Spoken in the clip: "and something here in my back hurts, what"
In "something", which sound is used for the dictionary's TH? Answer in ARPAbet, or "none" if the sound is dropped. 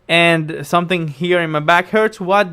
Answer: TH